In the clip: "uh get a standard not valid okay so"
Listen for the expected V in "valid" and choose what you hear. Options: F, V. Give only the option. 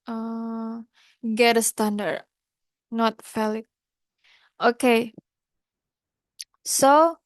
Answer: F